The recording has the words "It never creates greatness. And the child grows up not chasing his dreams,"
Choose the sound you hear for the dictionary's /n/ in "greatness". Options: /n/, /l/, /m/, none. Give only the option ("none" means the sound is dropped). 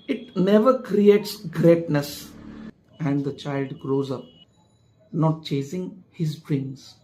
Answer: /n/